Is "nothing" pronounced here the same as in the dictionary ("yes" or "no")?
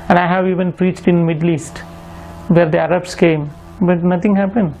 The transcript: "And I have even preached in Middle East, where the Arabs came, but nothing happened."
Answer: no